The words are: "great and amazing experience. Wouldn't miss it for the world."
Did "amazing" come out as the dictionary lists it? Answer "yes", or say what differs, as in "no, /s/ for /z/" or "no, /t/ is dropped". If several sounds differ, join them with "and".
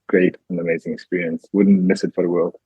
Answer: yes